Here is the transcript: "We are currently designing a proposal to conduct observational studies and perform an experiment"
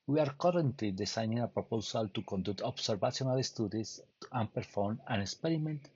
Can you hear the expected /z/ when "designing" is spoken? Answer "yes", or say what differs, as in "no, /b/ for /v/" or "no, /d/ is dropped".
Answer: no, /s/ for /z/